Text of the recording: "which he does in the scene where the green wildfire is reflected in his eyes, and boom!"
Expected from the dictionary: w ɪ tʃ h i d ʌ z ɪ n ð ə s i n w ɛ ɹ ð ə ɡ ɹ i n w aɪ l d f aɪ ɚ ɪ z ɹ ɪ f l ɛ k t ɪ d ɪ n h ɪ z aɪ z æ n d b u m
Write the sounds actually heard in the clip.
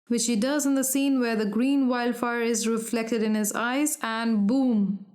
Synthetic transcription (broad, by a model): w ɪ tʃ h i d ʌ z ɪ n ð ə s i n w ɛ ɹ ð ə ɡ ɹ i n w aɪ l d f aɪ ɚ ɪ z ɹ ɪ f l ɛ k t ɪ d ɪ n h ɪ z aɪ z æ n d b u m